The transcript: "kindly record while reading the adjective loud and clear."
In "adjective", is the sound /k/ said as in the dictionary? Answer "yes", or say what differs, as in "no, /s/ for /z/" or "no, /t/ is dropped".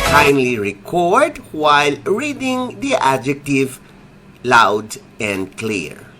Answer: yes